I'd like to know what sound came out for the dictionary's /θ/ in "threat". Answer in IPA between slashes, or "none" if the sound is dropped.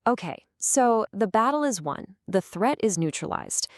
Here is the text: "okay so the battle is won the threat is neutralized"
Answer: /θ/